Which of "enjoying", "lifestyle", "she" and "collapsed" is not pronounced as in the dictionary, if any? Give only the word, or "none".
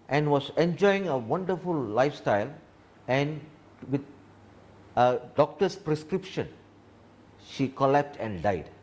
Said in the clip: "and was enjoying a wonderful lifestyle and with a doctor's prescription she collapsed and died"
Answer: collapsed